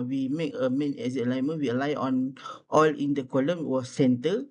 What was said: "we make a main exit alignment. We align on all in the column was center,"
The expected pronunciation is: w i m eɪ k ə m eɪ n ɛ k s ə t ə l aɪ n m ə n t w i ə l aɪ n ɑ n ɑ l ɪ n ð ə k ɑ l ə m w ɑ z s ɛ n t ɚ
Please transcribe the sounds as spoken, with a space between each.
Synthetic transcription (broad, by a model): w i m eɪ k ə m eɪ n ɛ s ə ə l aɪ m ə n w i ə l aɪ ɑ n ɑ l ɪ n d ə k ɑ l ə m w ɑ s s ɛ n t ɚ